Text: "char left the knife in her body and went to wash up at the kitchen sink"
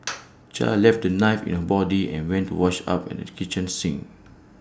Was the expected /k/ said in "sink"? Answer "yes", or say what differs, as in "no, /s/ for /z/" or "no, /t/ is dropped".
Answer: no, /k/ is dropped